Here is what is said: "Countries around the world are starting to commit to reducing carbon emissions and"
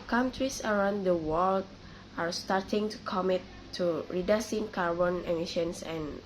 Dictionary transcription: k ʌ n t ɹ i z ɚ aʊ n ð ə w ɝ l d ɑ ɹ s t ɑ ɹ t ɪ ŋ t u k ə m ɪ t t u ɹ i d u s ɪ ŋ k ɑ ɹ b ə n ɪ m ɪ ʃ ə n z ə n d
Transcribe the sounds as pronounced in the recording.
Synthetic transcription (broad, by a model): k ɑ n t ɹ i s ɚ aʊ n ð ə w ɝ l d ɑ ɹ s t ɑ ɹ t ɪ ŋ t u k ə m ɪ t t u ɹ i d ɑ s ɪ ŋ k ɑ ɹ b ə n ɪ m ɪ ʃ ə n s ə n